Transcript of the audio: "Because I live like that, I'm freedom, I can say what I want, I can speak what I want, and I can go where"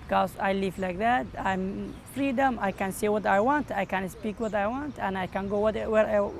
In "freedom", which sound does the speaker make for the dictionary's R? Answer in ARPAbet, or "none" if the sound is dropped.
R